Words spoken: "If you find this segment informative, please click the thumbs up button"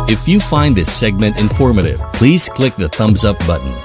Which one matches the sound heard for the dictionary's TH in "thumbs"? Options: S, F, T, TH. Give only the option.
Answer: TH